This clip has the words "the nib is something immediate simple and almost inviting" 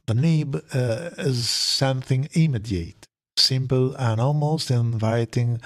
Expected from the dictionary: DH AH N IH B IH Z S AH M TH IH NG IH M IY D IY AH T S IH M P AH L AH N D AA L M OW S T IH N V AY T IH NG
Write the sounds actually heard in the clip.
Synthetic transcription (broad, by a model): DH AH N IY B IH Z S AH M TH IH NG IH M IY D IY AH T S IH M P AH L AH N AA L M OW S T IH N V AY T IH NG